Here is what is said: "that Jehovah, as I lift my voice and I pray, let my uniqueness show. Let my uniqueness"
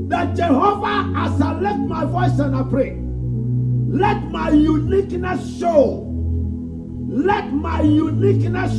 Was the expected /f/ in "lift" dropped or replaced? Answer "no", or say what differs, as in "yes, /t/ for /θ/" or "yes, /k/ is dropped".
yes, /f/ is dropped